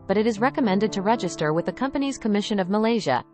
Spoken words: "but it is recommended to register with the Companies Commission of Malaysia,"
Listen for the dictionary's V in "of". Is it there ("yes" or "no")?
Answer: yes